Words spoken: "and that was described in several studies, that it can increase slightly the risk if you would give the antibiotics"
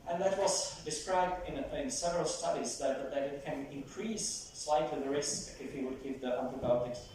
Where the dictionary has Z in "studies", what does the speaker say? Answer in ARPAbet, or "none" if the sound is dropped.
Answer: Z